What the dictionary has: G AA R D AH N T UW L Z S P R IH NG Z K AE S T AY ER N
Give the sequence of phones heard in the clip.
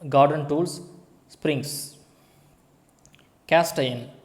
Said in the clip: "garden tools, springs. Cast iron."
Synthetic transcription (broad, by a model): G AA R D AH N T UW L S S P R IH NG S K AE S T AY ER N